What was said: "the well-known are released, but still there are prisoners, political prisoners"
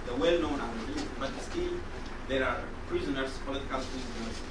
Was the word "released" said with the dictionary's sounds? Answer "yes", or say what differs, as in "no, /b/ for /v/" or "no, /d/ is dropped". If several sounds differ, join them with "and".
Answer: no, /s/ is dropped